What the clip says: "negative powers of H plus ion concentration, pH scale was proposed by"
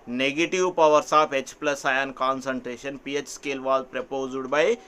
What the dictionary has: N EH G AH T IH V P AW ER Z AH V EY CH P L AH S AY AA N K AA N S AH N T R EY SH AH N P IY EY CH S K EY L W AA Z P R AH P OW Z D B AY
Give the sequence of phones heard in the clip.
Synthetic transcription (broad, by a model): N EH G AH T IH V P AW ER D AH P EY CH P L AH S AY AA N K AA N S AH N T R EY SH AH N P IY EY CH S K EY L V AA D P R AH P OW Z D B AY